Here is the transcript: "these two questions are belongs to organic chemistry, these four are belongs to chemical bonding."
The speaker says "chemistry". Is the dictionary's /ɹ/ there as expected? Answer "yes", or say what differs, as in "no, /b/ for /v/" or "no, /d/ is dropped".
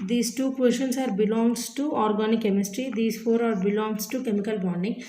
yes